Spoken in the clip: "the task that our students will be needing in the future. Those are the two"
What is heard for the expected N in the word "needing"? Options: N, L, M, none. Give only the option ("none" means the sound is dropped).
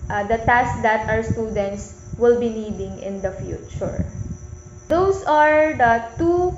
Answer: N